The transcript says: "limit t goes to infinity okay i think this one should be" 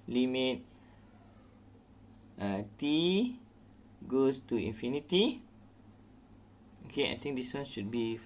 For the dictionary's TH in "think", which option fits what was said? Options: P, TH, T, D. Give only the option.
T